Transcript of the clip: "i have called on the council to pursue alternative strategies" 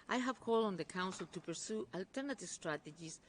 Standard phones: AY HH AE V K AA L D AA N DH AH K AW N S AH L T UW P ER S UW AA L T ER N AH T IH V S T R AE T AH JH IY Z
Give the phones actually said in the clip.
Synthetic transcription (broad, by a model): AY HH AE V K AA L D AA N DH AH K AW N S AH L T UW P ER S UW AA L T ER N AH T IH V S T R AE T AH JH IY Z